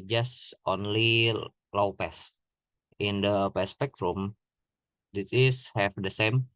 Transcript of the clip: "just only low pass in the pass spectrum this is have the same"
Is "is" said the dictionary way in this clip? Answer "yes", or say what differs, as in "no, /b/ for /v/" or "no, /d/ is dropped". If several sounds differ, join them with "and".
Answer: no, /s/ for /z/